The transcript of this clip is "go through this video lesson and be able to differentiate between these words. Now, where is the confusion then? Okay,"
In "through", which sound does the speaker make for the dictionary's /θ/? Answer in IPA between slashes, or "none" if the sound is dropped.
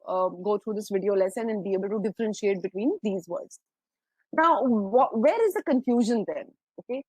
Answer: /t/